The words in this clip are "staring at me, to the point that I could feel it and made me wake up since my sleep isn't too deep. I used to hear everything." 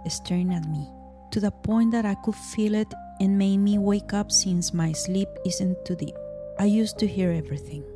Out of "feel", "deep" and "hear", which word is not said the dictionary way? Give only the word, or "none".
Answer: deep